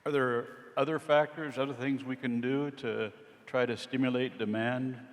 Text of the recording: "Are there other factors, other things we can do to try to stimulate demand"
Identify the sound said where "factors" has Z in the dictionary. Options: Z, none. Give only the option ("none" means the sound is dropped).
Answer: Z